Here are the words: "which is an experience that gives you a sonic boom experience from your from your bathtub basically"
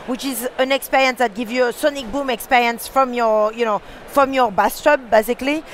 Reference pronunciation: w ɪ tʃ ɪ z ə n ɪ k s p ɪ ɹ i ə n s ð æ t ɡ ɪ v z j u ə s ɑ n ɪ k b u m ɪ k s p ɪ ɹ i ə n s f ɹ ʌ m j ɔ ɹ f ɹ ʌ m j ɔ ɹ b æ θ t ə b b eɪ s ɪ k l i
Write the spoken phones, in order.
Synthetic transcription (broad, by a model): w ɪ tʃ ɪ z ə n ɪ k s p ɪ ɹ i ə n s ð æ t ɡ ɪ v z j u ə s ɑ n ɪ k b u m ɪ k s p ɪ ɹ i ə n s f ɹ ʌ m j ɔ ɹ f ɹ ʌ m j ɔ ɹ b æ s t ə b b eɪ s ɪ k l i